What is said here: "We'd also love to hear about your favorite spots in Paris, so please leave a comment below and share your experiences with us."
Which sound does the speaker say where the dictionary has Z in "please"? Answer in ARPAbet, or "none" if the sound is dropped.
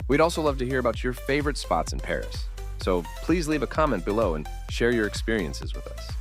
Z